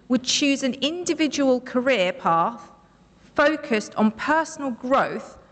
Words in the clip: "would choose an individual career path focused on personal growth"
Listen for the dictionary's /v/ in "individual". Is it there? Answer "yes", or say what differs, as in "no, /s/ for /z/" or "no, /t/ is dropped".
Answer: yes